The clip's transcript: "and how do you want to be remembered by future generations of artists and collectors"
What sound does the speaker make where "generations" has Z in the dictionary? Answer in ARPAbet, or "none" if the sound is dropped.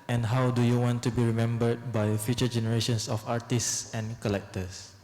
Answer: S